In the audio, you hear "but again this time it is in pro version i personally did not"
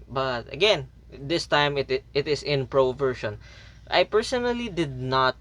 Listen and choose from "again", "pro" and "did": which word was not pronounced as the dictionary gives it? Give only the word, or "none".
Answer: none